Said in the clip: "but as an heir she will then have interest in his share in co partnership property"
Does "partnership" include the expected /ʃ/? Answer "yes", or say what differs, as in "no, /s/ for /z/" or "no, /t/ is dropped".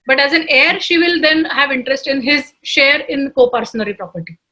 no, /ʃ/ is dropped